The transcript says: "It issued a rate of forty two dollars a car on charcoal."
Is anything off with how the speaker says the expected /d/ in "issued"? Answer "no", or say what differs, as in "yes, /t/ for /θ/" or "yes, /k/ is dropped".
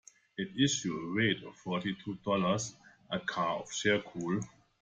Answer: yes, /d/ is dropped